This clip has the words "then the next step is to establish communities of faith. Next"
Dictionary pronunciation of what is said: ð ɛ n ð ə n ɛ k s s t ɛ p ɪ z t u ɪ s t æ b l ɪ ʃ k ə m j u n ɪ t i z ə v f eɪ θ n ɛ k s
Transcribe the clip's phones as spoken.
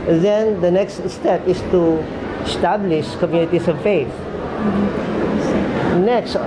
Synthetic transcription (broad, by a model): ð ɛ n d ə n ɛ k s s t ɛ p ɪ s t u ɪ s t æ b l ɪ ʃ k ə m j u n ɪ t i s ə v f eɪ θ n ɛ k s